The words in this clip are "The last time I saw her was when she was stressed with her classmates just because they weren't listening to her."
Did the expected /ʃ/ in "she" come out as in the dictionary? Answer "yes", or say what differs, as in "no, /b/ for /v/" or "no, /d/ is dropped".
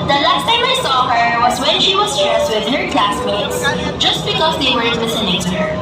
yes